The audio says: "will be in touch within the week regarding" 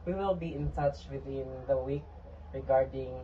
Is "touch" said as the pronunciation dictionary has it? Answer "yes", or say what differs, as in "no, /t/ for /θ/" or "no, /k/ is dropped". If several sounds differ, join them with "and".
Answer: yes